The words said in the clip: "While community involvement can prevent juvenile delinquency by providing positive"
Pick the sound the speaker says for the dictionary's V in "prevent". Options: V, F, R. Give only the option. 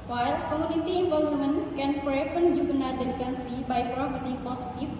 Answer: F